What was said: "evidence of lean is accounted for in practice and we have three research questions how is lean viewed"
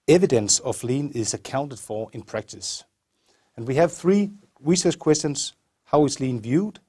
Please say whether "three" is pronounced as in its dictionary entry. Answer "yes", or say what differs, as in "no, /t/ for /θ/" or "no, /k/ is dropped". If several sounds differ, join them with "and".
yes